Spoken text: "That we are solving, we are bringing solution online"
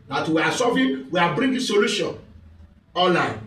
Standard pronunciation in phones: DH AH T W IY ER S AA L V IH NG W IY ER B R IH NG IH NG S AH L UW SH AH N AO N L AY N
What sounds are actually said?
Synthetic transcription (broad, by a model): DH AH T W IY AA S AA V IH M W IY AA B R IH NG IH S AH L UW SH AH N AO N L AY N